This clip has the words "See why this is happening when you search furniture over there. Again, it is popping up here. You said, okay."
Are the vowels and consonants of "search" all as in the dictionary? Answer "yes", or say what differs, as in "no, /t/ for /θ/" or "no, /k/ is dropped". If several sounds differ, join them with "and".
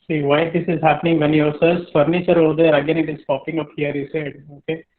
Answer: no, /s/ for /tʃ/